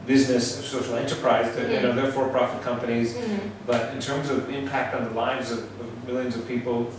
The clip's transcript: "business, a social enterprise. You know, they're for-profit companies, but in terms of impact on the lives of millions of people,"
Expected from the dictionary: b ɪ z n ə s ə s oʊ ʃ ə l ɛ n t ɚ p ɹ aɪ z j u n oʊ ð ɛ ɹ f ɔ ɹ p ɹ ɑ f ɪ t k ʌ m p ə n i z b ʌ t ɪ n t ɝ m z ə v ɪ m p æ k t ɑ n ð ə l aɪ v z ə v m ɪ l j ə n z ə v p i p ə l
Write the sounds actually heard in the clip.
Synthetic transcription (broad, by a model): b ɪ z n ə s ə s oʊ ʃ l ɛ n t ɚ p ɹ aɪ z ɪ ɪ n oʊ ð ɛ ɹ f ɔ ɹ p ɹ ɑ f ɪ t k ʌ m p ə n i z b ʌ t ɪ n t ɝ m z ə v ɪ m p æ k t n ð ə l aɪ v z ə v m ɪ l j ə n z ə v p i p l